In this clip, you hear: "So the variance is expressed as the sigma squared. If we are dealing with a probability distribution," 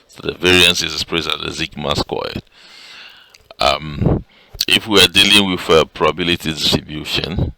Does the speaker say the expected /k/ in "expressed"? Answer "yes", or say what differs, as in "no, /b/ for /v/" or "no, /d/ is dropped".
no, /k/ is dropped